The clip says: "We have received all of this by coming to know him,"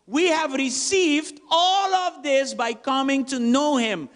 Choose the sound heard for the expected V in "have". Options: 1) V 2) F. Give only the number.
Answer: 1